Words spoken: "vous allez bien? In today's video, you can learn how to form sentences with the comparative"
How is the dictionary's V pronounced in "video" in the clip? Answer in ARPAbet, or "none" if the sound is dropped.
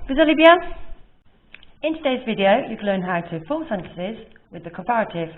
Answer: V